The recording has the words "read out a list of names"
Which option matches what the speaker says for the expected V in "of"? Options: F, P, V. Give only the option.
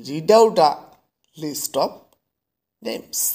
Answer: P